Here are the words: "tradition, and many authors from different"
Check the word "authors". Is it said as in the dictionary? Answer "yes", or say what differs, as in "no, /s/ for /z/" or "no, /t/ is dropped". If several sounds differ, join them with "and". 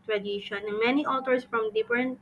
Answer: no, /t/ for /θ/ and /s/ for /z/